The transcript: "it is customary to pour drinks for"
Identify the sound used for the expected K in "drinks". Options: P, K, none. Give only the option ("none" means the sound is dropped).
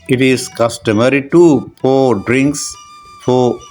K